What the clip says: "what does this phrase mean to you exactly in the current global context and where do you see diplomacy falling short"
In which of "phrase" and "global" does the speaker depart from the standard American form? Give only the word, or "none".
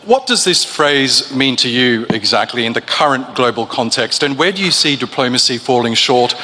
none